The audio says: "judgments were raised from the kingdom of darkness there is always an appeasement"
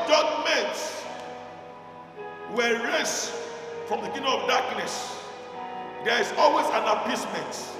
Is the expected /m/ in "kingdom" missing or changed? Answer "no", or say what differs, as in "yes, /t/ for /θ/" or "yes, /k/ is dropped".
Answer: yes, /m/ is dropped